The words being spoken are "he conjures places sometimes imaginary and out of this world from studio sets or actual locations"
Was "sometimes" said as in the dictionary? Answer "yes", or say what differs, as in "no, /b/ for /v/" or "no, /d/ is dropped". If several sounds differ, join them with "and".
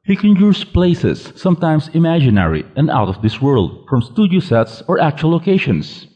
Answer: no, /s/ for /z/